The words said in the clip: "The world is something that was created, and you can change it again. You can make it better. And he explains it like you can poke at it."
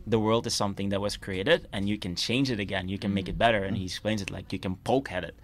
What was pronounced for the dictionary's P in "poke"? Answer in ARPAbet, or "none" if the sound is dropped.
P